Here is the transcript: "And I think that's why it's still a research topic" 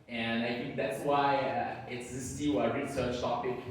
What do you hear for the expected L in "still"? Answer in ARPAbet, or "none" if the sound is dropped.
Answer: W